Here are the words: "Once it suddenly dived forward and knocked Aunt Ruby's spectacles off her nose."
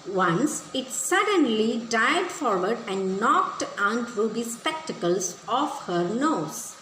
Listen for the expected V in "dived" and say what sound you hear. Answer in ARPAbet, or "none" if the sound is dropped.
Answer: none